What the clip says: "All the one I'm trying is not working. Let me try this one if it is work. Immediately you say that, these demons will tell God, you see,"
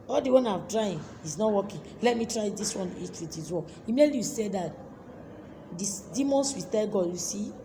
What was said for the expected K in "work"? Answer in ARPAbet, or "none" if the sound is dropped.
none